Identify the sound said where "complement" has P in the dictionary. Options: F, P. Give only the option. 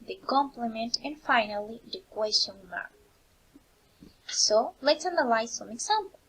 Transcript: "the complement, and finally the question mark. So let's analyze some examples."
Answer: P